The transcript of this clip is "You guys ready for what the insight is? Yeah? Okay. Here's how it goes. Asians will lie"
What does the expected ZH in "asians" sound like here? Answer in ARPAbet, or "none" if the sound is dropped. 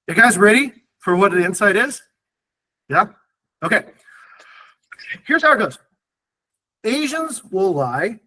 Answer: ZH